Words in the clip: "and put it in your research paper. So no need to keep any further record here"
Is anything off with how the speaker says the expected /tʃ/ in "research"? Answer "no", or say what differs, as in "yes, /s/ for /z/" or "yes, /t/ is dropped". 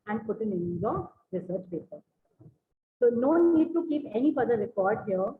no